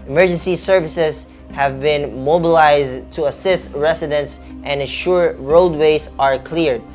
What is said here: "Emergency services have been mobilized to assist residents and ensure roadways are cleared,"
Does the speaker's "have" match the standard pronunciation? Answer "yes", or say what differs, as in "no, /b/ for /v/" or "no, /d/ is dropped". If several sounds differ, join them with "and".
yes